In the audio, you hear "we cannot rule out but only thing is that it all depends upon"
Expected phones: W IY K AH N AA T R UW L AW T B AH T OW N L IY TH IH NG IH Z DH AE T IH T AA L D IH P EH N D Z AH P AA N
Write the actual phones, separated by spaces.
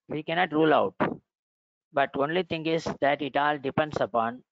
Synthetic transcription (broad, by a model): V IY K AH N AA T R UW L AW T B AH T OW N L IY T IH NG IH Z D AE T IH T AA L D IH P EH N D S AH P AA N